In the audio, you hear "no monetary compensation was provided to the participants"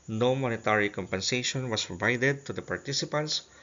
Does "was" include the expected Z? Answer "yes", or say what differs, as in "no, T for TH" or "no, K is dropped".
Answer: no, S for Z